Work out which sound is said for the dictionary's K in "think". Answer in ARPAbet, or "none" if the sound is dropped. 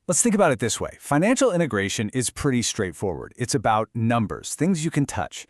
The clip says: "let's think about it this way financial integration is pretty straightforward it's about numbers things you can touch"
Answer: K